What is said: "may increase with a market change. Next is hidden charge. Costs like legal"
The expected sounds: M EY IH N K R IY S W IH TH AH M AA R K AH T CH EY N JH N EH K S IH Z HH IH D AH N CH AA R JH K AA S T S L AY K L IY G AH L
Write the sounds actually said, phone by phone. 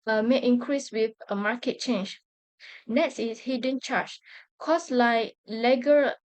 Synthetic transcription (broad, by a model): M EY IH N K R IY S W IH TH AH M AA K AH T CH EY N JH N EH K S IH S HH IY D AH N CH AA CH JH K AA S S L AY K L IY G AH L